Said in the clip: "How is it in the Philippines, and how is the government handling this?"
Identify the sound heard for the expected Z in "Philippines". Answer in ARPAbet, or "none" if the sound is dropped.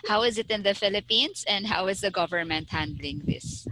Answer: S